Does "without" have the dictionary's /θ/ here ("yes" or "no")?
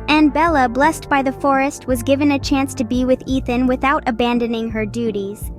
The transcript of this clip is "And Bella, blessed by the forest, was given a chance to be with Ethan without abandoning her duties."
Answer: yes